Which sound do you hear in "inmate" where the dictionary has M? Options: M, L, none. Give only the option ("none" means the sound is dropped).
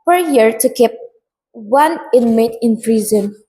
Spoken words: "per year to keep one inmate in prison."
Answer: M